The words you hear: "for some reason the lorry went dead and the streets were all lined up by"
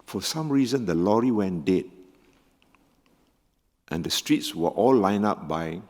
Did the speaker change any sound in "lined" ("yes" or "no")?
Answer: yes